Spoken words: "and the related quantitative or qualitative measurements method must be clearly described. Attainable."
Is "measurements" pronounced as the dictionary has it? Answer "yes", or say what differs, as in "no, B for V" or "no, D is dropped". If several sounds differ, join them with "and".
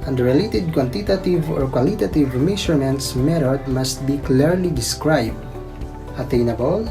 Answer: no, SH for ZH